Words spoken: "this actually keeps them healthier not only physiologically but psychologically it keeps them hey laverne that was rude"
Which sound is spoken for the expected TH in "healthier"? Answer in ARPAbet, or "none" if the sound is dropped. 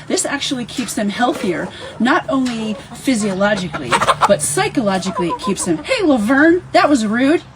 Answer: TH